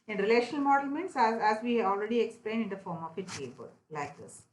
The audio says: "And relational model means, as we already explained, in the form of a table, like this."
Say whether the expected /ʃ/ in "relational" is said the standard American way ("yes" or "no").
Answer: yes